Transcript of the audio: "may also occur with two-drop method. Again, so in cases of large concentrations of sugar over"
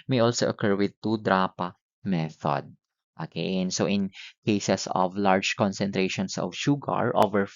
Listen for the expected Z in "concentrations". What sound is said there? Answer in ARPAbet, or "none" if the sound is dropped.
S